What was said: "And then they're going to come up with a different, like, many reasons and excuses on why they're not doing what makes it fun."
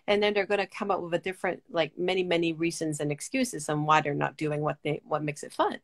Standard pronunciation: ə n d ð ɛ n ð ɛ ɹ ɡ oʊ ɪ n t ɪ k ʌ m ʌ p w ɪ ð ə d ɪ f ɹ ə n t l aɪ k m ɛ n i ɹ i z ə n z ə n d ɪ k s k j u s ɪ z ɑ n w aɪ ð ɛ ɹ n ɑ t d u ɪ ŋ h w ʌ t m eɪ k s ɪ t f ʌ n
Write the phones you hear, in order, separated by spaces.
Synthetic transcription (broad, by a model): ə n ð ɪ n ð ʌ ɹ ɡ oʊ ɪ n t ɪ k ʌ m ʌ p w ɪ ð ə d ɪ f ɹ ə n t l aɪ k m ɛ n i ɹ i z ə n z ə n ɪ k s k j u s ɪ z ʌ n w aɪ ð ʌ ɹ n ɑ t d u ɪ ŋ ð w ʌ t m eɪ k s ɪ t f ʌ n